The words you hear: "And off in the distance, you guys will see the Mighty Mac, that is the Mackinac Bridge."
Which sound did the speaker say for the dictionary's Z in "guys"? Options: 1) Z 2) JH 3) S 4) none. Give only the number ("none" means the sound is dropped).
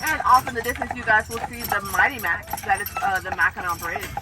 1